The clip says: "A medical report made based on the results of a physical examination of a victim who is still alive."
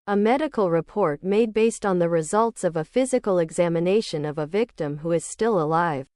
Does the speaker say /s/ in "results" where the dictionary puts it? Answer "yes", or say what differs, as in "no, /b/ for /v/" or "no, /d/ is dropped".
yes